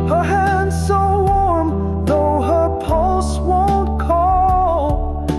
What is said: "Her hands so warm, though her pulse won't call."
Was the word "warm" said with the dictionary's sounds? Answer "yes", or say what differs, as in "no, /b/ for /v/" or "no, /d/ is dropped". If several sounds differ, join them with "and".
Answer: yes